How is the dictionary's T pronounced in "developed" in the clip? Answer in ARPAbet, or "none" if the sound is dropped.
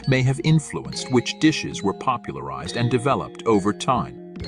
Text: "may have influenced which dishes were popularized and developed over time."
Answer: T